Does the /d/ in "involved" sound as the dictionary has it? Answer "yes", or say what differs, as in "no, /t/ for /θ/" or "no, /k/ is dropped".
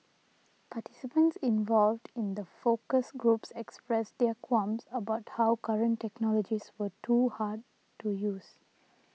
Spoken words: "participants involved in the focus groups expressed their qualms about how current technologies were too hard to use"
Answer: yes